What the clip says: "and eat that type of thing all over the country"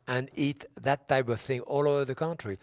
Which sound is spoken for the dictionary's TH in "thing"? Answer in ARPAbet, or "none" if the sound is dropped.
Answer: TH